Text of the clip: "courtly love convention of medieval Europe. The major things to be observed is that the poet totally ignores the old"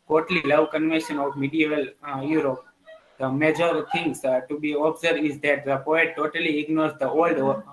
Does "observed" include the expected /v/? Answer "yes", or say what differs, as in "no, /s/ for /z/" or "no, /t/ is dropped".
no, /v/ is dropped